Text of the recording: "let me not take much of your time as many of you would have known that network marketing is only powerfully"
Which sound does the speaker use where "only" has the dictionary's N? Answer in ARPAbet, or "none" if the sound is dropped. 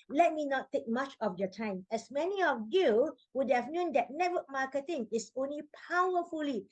N